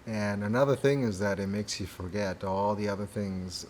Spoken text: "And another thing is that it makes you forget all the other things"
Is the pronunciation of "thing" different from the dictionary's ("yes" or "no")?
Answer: no